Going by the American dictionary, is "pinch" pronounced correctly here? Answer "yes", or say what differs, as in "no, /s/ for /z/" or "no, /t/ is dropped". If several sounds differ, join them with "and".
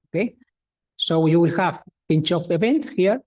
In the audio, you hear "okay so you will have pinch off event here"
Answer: yes